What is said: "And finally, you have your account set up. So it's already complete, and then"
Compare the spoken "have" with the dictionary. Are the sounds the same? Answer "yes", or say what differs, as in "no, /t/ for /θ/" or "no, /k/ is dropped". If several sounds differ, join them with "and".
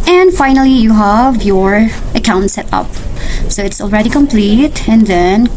yes